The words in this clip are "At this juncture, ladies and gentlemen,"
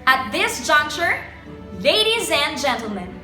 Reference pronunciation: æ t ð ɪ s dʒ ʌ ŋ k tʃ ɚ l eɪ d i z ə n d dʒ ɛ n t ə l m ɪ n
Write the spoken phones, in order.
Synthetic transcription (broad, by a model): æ t ð ɪ s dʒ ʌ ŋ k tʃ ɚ l eɪ d i z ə n dʒ ɛ n t l m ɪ n